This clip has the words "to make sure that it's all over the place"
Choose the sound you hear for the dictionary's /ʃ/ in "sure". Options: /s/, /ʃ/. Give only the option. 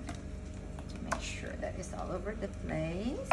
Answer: /ʃ/